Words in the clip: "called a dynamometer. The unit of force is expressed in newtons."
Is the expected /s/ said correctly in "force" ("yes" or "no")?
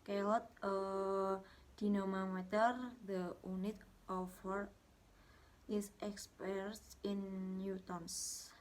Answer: no